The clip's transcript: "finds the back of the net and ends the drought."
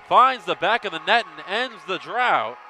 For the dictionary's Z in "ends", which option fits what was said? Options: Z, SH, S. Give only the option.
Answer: Z